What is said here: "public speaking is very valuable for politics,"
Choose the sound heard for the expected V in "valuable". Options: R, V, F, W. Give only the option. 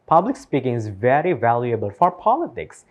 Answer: V